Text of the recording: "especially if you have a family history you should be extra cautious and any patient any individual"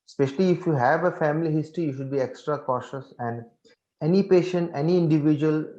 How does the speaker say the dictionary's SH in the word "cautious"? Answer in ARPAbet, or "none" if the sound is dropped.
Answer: SH